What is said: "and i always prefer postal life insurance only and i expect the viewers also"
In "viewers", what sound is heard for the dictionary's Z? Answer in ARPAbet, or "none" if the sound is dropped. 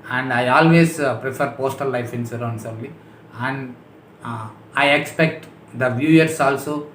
S